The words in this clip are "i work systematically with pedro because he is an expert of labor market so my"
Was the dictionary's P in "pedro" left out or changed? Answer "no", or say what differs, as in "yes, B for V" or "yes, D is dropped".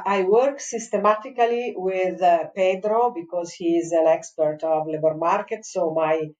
no